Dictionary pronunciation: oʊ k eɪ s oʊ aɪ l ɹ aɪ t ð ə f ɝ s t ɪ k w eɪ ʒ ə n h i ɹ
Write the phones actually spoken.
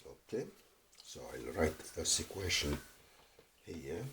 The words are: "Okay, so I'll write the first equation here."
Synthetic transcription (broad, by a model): oʊ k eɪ s oʊ aɪ l ɹ aɪ t ð ə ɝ s ɪ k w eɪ ʃ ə n h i